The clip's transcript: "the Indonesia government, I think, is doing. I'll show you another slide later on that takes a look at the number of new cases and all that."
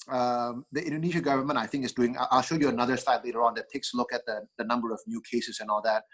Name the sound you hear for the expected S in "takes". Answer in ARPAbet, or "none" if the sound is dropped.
S